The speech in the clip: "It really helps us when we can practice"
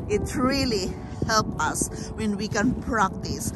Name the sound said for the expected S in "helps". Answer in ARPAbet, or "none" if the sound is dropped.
none